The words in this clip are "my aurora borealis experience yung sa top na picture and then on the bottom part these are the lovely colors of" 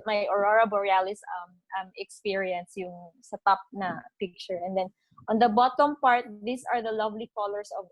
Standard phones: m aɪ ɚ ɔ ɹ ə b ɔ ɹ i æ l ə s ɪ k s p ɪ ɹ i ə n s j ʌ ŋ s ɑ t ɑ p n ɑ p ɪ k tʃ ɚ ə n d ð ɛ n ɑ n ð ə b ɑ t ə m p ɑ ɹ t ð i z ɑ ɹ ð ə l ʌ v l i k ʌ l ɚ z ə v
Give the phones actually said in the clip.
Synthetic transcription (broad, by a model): m aɪ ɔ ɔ ɹ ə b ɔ ɹ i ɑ l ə s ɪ k s p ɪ ɹ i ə n s j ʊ ŋ s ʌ t ɑ p n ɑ p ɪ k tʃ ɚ ə n d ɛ n ɑ n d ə b ɑ t ə m p ɑ ɹ t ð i s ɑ ɹ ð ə l ʌ v l i k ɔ l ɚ s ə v